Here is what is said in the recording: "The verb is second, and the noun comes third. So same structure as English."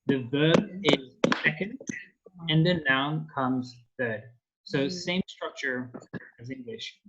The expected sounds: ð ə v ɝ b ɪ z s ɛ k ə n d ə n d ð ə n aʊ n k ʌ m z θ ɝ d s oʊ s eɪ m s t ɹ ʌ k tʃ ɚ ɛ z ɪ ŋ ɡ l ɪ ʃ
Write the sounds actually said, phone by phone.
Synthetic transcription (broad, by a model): ð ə v ɝ b ɪ z s ɛ k ə n d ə n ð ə n aʊ n k ʌ m z θ ɝ d s oʊ s eɪ m s t ɹ ʌ k tʃ ɚ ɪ z ɪ ŋ ɡ l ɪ ʃ